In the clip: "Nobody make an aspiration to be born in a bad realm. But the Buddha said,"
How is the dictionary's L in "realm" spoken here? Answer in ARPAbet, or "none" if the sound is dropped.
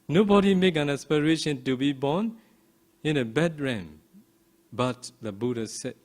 none